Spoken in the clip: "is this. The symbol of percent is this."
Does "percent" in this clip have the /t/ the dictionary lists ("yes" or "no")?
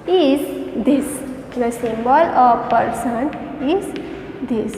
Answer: no